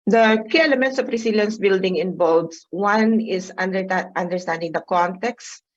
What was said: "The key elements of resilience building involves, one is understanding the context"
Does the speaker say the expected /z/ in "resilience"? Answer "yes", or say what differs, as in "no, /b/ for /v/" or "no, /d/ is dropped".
no, /s/ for /z/